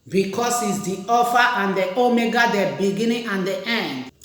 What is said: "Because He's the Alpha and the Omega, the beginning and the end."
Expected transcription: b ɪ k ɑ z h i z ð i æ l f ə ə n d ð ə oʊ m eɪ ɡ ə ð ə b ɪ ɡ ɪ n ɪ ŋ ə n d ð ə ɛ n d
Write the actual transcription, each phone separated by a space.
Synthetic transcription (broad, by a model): b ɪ k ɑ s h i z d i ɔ f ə ə n d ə oʊ m eɪ ɡ ə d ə b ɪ ɡ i n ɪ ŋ ə n d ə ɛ n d